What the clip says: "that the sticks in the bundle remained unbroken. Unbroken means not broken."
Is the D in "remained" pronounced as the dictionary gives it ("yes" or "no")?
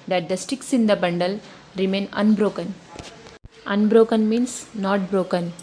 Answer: no